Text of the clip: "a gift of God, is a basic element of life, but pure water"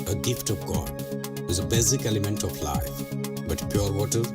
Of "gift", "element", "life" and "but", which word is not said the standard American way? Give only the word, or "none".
none